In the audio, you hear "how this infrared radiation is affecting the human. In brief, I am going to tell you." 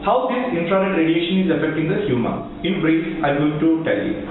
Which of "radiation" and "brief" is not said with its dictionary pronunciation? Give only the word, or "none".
brief